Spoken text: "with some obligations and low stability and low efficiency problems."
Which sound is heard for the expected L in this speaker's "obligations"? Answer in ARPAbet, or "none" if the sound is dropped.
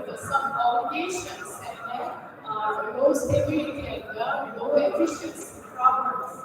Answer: none